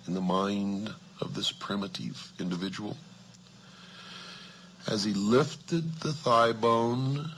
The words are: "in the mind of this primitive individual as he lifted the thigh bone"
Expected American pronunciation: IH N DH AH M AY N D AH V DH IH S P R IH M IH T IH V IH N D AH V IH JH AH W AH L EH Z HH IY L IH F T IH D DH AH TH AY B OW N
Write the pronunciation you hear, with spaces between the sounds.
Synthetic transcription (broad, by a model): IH N DH AH M AY N D AH V DH IH S P R IH M IH T IH V IH N D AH V IH JH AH W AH L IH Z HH IY L IH F T IH D DH AH TH AY B OW N